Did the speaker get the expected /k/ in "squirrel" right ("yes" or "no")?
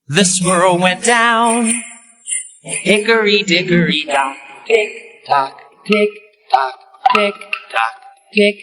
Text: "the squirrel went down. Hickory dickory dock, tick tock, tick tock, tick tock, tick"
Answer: no